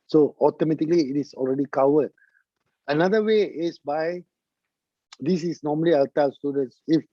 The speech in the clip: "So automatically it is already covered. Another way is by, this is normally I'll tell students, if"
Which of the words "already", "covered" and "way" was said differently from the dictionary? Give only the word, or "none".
covered